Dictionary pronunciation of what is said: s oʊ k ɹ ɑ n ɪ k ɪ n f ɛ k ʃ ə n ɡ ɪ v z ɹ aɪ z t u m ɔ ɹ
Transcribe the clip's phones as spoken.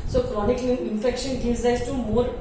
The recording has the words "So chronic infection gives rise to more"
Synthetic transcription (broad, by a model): s oʊ k ɹ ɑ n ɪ k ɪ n f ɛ k ʃ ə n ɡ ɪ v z l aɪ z t u m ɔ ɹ